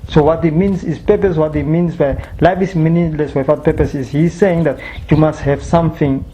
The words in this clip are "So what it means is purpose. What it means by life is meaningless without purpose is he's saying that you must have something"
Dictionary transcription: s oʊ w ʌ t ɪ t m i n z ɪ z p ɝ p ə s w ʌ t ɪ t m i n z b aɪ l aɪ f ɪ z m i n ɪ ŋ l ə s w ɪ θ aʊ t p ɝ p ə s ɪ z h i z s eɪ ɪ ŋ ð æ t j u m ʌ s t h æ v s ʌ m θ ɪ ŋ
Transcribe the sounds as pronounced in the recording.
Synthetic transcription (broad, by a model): s oʊ w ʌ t ɪ t m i n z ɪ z p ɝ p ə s w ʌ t ɪ t m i n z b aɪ l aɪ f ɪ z m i n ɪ l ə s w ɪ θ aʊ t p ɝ p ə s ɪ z h i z s eɪ ɪ ŋ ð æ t j u m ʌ s t h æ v s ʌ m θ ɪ ŋ